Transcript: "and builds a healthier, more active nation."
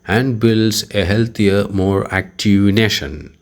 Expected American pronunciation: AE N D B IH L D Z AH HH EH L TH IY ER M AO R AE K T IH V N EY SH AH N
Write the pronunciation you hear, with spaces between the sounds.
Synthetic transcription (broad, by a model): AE N D B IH L D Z AH HH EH L T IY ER M AO R AE K T IH V N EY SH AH N